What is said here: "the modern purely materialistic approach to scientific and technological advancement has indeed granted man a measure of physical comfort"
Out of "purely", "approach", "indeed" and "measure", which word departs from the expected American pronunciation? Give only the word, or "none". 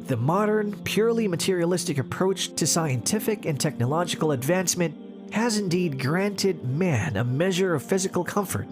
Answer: none